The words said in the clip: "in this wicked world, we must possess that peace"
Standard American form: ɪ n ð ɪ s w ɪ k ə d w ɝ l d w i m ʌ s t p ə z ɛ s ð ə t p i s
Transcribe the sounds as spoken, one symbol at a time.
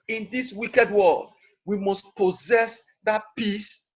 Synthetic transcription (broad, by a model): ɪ n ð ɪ s w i k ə d w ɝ l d w i m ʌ s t p ə z ɛ s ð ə t p i s